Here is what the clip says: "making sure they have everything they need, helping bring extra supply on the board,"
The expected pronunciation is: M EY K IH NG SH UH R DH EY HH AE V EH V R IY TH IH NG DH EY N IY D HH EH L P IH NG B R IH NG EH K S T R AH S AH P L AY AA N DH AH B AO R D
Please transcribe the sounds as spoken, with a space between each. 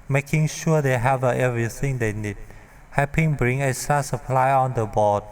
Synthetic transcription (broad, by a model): M EY K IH NG SH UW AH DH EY HH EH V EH V R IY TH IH NG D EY N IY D HH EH P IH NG B R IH NG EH S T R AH S AH P L AY AA N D AH B AO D